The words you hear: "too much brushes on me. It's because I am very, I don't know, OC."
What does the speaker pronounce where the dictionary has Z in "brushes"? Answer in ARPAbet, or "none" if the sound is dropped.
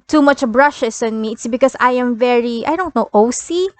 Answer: S